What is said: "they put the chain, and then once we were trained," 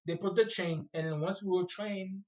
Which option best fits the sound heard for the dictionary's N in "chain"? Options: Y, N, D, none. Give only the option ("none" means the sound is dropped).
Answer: none